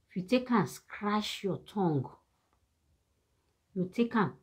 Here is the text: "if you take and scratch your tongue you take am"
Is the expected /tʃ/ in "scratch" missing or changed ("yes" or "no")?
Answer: yes